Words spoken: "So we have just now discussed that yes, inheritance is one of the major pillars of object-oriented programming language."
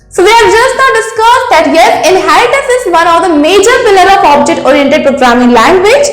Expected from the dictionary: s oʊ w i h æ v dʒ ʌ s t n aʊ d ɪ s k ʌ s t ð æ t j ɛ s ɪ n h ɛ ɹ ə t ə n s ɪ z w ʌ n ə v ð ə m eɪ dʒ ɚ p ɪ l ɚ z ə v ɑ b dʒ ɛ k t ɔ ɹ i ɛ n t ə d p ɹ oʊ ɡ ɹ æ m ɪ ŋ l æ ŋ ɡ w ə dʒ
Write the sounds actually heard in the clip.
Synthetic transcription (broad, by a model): s oʊ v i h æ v dʒ ʌ s t n aʊ d ɪ s k ʌ s t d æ t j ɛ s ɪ n h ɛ ɹ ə t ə s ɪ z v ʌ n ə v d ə m eɪ dʒ ɚ f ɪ l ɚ ə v ɑ b dʒ ɛ k t ɔ ɹ i ɛ n t ə d p ɹ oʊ ɡ ɹ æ m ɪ ŋ l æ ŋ ɡ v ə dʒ